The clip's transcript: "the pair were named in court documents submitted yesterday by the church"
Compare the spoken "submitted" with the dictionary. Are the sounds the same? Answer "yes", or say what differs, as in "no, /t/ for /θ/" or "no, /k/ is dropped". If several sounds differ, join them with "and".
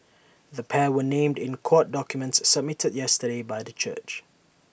yes